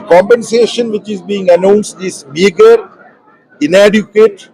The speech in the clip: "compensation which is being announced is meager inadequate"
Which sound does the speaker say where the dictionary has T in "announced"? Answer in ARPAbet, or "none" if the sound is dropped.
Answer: T